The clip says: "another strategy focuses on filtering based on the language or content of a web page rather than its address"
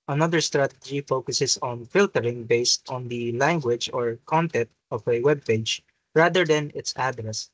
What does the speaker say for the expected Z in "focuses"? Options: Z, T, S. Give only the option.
S